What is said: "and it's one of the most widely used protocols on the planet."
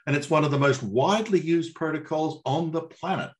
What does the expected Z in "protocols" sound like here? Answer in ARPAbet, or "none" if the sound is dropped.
Z